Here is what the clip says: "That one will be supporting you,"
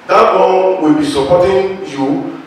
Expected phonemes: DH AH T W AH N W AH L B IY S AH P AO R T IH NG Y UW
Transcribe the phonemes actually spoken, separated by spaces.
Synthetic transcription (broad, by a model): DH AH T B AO L W AH L B IY S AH P AO T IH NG Y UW